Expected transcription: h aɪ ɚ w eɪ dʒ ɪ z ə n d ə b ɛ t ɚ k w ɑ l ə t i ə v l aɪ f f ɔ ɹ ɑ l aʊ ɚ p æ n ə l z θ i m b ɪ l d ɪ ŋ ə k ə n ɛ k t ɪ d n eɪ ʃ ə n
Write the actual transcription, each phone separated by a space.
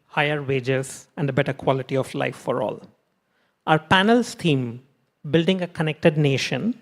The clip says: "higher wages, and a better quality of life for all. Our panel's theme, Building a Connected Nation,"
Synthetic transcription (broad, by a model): h aɪ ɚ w eɪ dʒ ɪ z ə n d ə b ɛ t ɚ k w ɑ l ə t i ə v l aɪ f f ɔ ɹ ɑ l aʊ ɚ p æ n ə l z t i m b ɪ l d ɪ ŋ ə k ə n ɛ k t ɪ d n eɪ ʃ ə n